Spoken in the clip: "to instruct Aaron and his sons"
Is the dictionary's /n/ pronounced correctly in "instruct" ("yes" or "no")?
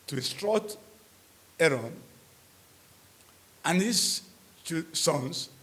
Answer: no